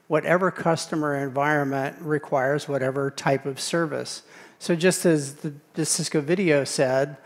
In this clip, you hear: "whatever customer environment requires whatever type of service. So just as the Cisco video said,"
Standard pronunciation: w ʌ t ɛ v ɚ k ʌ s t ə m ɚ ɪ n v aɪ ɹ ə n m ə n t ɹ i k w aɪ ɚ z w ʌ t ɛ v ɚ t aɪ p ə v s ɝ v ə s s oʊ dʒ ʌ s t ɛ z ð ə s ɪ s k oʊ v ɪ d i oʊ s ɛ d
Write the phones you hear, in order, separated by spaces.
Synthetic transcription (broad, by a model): w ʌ t ɛ v ɚ k ʌ s t ə m ɚ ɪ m v aɪ ɹ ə n m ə n t ɹ i k w aɪ ɚ z w ʌ t ɛ v ɚ t aɪ p ə v s ɝ v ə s s oʊ dʒ ʌ s t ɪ z ð ə s ɪ s k oʊ v ɪ d i oʊ s ɛ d